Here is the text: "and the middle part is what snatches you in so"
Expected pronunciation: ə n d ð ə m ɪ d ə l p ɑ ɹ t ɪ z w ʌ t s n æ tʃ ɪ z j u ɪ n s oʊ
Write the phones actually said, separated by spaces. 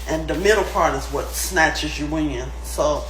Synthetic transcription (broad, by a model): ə n ð ə m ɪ d l p ɑ ɹ t ɪ z w ʌ t s n æ tʃ ɪ z j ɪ ɪ n s oʊ